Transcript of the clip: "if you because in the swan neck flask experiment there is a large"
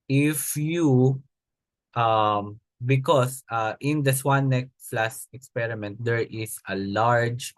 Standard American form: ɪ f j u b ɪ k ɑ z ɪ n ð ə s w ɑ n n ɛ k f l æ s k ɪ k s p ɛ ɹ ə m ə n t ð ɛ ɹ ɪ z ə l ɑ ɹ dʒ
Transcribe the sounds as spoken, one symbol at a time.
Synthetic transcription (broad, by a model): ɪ f j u b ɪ k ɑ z ɪ n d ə s w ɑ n n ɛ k f l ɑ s ɪ k s p ɛ ɹ ə m ə n t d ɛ ɹ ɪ s ə l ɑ ɹ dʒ